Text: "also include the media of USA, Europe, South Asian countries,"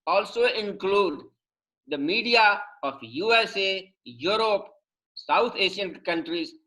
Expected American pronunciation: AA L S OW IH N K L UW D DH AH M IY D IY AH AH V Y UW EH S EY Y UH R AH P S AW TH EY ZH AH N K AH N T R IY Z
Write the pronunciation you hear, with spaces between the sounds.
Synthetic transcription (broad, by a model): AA L S OW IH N K L UW D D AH M IY D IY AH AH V Y UW EH S EY Y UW R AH P S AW T EY SH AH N K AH N T R IY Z